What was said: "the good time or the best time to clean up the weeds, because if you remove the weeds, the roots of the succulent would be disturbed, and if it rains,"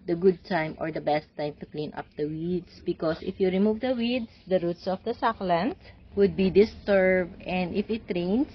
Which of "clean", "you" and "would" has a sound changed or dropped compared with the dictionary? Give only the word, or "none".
none